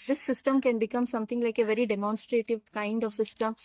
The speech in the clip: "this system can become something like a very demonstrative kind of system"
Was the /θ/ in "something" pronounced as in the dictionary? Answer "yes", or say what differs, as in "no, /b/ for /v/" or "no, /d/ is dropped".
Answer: no, /t/ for /θ/